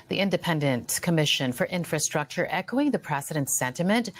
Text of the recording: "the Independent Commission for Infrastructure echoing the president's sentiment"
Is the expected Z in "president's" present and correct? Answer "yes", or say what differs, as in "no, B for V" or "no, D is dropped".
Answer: no, S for Z